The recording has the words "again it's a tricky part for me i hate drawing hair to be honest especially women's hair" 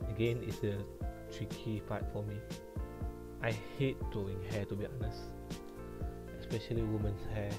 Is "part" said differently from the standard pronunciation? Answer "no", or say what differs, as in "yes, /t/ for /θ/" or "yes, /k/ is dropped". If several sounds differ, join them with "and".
yes, /f/ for /p/